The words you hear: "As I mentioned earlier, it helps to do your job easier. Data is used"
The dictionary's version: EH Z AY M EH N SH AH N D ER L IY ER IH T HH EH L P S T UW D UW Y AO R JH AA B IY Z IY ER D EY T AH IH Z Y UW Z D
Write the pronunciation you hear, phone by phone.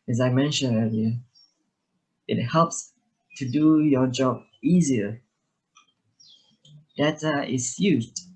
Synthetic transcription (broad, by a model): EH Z AY M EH N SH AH N ER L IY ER IH T HH EH L P S T UW D UW Y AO JH AA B IY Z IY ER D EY T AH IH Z Y UW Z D